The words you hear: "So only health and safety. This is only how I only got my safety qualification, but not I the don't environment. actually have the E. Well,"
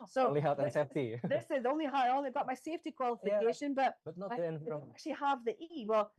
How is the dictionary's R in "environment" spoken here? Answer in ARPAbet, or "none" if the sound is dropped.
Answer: none